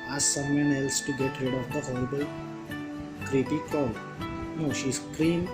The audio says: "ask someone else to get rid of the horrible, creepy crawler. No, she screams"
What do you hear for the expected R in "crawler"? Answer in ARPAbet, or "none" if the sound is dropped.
none